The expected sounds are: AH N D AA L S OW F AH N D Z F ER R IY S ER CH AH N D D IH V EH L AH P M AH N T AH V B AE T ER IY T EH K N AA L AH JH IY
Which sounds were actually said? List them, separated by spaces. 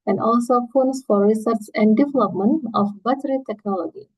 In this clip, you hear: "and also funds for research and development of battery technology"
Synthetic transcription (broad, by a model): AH N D AA L S OW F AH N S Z F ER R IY S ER S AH N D D IH V EH L AH P M AH N T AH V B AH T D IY T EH K N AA L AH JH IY